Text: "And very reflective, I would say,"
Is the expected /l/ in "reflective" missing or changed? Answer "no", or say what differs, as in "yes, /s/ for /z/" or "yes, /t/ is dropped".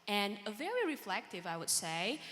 no